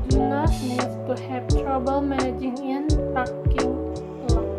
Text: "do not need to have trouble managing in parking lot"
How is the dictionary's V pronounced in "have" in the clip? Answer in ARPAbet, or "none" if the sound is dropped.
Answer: P